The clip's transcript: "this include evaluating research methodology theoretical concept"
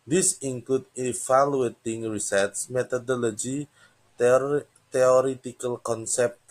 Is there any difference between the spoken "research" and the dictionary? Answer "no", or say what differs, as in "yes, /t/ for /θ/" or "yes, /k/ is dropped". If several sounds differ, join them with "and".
yes, /s/ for /tʃ/